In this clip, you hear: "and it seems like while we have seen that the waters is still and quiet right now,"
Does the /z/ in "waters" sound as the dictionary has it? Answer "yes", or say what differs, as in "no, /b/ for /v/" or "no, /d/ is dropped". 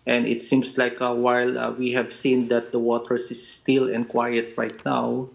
no, /s/ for /z/